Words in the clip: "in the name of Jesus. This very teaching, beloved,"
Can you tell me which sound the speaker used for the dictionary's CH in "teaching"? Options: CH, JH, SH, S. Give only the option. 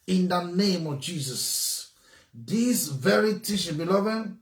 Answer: SH